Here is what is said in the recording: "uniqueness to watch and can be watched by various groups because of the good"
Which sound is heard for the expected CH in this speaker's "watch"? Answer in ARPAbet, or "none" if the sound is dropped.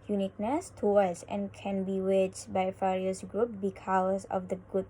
S